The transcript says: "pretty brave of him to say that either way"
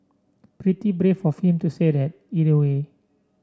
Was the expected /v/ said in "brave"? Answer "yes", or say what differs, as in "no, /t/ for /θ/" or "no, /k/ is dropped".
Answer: no, /f/ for /v/